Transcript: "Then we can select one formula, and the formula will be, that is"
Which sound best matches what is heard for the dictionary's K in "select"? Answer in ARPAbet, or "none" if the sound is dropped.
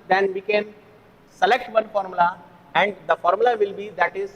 K